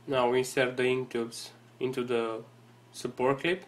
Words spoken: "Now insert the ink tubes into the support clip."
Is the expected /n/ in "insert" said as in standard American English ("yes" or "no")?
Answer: no